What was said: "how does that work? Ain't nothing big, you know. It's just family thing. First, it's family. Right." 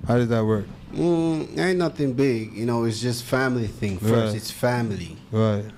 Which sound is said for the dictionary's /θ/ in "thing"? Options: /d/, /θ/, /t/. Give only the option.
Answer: /θ/